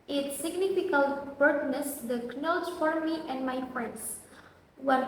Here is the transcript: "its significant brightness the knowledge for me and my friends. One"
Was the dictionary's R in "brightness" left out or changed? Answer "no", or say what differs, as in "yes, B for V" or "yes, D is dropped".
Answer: yes, R is dropped